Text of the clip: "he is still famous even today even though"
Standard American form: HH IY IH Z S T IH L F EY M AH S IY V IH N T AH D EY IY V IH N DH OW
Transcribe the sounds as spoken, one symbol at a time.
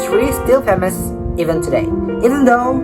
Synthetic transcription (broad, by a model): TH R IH S T IH L P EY M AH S IY V IH N T AH D EY IY V IH N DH OW